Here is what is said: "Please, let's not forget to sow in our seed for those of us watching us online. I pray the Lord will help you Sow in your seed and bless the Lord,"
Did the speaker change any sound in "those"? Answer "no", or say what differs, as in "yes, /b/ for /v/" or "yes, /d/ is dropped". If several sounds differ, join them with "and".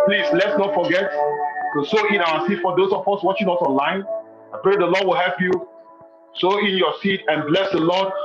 yes, /s/ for /z/